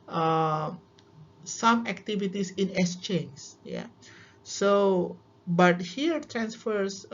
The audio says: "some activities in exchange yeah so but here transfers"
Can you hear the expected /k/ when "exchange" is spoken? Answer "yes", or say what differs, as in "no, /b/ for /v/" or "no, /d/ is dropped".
no, /k/ is dropped